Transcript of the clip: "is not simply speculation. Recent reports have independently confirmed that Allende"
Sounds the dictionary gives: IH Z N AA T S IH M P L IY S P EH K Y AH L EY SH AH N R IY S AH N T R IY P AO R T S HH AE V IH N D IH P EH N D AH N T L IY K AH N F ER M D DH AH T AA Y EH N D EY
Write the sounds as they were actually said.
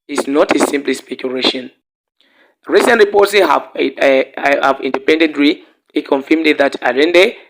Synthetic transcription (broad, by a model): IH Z N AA T S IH M P L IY S P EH K Y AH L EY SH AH N R IY S AH N T R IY P AO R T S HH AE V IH N D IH P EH N D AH N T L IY K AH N F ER M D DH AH T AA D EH N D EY